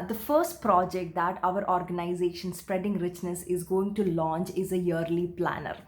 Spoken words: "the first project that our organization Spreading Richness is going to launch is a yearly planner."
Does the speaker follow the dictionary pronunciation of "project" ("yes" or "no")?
yes